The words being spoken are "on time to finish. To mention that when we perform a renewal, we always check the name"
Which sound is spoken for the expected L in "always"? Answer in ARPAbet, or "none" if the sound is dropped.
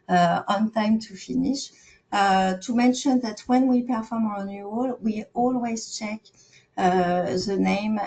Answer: L